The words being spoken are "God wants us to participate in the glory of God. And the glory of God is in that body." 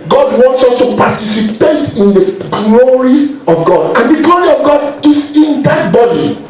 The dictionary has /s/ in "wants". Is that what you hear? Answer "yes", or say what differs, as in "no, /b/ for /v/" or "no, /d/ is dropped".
yes